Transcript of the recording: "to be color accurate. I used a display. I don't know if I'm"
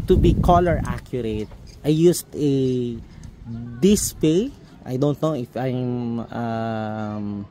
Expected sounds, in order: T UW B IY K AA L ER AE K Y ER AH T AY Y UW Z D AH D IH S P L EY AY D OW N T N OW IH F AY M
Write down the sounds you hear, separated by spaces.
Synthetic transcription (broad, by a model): T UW B IY K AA L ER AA K Y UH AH T AY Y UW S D AH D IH S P EY AY D OW N T N OW IH F AY M